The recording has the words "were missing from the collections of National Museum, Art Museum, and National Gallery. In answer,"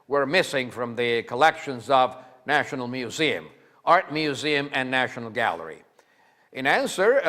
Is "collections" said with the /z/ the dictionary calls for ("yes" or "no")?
yes